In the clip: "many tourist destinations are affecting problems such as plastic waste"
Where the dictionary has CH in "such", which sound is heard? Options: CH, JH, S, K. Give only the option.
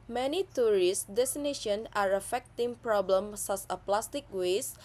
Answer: S